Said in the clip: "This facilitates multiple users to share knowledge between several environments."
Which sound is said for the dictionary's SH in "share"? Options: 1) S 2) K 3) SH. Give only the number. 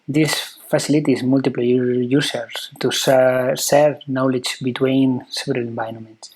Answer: 1